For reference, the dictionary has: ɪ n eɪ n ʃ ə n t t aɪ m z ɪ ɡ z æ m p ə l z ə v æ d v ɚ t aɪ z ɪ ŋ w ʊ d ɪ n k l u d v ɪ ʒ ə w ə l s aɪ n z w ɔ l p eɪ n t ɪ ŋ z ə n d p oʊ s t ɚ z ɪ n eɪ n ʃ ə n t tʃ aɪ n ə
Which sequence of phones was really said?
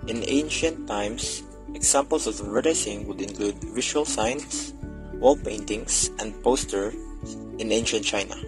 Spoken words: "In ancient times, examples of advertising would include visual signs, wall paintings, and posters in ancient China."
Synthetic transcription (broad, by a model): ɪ n eɪ n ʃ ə n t t aɪ m s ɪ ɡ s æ m p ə l s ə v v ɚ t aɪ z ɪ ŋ w ʊ d ɪ n k l u d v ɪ ʃ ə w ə l s aɪ n s w ɔ l p eɪ n t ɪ ŋ s ə n d p oʊ s t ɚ ɪ n eɪ n ʃ ə n t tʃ aɪ n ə